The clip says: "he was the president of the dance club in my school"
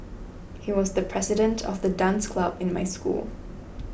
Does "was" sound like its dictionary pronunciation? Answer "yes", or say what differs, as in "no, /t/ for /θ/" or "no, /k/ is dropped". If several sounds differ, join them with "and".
yes